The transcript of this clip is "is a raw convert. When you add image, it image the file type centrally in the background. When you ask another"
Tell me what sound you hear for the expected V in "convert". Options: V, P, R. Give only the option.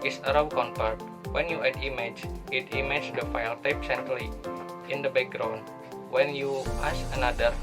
P